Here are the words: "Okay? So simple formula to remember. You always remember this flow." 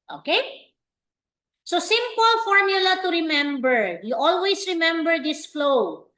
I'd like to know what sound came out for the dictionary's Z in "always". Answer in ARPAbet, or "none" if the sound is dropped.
S